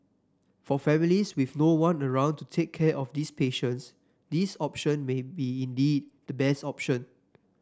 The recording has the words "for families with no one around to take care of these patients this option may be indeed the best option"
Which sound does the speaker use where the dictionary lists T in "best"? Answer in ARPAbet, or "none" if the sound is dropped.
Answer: T